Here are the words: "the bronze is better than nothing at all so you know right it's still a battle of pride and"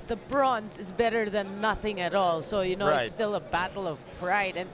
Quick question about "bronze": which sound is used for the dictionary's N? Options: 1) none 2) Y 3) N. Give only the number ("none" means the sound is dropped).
3